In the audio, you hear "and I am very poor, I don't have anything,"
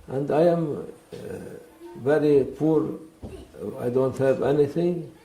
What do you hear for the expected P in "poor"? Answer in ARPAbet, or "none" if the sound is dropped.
P